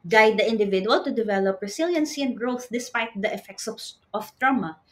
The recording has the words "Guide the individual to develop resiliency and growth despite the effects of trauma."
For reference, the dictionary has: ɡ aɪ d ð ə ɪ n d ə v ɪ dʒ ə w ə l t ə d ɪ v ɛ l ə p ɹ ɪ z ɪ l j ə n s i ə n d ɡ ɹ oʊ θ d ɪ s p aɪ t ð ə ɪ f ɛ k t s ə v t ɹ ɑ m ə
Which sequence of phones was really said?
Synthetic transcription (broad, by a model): ɡ aɪ d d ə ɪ n d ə v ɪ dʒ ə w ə l t ə d ɪ v ɛ l ə p ɹ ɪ s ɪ l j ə n s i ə n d ɡ ɹ oʊ θ d ɪ s p aɪ t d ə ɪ f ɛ k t s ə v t ɹ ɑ m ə